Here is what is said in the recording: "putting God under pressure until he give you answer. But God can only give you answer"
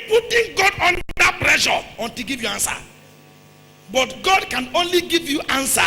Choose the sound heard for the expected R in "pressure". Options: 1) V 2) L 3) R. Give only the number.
2